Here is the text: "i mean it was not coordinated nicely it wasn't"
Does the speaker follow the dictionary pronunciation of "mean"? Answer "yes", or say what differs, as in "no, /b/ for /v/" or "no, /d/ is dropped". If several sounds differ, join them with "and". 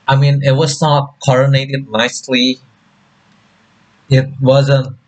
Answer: yes